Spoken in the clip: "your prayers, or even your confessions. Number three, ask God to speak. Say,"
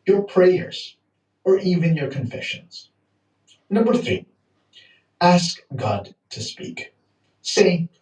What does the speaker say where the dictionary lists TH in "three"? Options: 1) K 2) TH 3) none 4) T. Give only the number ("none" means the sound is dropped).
2